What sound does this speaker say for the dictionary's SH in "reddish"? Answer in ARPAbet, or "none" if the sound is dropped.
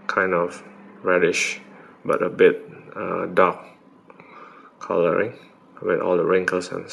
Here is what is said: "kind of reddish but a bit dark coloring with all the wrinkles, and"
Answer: SH